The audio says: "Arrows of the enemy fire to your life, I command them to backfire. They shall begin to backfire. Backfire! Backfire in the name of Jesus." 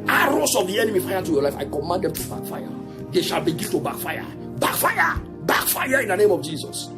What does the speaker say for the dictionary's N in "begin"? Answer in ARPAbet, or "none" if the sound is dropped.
L